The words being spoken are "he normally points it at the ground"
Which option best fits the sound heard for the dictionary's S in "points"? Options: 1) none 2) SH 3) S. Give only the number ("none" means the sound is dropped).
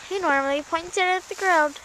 1